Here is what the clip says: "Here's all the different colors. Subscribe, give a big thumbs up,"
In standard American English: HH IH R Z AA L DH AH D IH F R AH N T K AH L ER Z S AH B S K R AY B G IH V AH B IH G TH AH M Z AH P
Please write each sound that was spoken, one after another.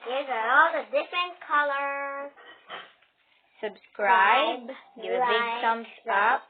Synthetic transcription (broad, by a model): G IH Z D AA L DH AH D IH F R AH N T K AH L ER S AH B S K R AY B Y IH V AH B IH G S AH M S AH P